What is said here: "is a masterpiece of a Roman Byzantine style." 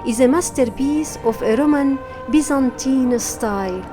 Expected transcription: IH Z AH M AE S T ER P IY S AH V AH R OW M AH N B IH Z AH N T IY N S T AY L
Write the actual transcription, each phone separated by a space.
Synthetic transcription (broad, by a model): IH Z AH M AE S T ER B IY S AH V AH R OW M AH N B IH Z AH N T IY N S T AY L